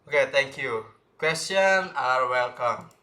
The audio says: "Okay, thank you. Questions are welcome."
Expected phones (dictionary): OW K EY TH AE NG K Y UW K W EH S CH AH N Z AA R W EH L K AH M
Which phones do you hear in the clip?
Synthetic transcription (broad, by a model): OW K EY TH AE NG K Y UW K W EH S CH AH N AA R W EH L K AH M